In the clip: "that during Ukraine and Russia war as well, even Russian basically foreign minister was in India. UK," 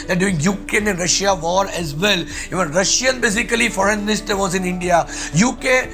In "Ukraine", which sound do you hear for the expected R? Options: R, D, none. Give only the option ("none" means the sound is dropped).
none